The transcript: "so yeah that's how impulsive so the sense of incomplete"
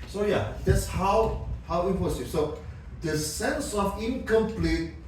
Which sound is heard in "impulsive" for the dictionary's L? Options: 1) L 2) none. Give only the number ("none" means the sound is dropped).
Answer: 2